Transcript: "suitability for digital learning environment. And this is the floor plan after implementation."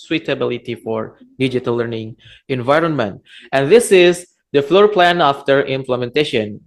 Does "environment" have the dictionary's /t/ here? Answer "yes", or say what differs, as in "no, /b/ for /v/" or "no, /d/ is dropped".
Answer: yes